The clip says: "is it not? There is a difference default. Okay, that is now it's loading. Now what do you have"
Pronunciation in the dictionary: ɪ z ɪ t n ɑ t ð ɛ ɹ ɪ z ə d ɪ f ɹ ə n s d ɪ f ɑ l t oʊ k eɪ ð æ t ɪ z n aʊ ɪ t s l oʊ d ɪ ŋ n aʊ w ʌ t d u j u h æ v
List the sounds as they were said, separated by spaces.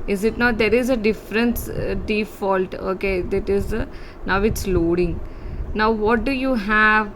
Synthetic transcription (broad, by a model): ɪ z ɪ t n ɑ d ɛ ɹ ɪ z ə d ɪ f ɹ ə n s d ɪ f ɑ l t oʊ k eɪ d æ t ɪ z n aʊ ɪ t s l oʊ d ɪ ŋ n aʊ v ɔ t d u j u h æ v